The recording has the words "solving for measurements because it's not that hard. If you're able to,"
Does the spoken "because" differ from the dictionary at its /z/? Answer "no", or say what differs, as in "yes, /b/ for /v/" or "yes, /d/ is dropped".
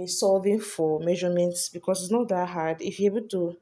yes, /s/ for /z/